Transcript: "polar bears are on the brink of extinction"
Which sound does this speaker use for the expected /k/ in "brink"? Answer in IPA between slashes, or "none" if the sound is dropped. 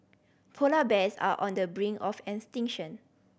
none